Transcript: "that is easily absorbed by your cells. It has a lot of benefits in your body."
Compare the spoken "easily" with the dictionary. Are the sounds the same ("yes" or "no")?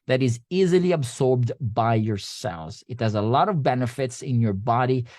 yes